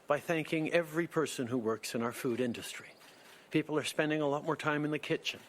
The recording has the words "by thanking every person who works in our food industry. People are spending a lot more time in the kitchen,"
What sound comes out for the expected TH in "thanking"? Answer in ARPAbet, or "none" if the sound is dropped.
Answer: TH